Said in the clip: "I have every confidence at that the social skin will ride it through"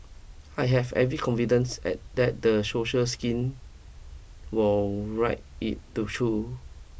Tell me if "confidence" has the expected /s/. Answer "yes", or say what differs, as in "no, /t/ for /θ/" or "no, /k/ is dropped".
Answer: yes